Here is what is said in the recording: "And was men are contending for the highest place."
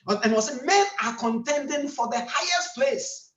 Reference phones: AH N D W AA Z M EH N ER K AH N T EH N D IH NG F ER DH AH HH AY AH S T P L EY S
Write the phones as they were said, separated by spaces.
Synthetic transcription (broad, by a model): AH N W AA S M EH N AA K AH N T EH N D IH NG F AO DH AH HH AY AH S T P L EY S